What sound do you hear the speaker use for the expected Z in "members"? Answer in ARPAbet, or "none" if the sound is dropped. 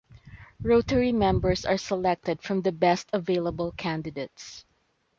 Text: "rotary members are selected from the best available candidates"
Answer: S